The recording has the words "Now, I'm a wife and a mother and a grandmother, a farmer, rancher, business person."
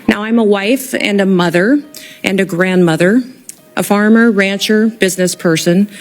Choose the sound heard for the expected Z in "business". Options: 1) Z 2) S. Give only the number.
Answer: 1